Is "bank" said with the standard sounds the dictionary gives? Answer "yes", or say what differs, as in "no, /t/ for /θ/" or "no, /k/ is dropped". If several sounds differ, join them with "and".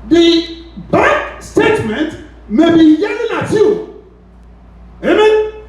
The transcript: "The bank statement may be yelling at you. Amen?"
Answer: no, /ŋ/ is dropped